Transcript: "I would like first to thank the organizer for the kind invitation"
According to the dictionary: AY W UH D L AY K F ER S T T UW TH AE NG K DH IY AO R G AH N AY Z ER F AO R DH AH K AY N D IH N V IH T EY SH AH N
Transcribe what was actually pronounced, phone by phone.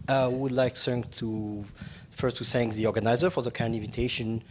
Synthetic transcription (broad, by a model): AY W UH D L AY K F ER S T T UW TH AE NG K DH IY AO R G AH N AY Z ER F AO R DH AH K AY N IH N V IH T EY SH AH N